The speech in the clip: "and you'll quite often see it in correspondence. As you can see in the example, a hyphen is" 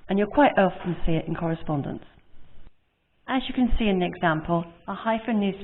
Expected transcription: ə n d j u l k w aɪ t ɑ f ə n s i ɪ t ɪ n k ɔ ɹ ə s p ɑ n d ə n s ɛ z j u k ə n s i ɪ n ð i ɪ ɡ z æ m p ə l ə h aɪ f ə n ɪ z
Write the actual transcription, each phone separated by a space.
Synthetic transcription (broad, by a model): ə n j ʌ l k w aɪ t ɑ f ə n s i ɪ t ɪ n k ɔ ɹ ə s p ɑ n d ə n s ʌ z j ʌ k ə n s i ɪ n ð i ɪ ɡ z æ m p ə l ə h aɪ f ə n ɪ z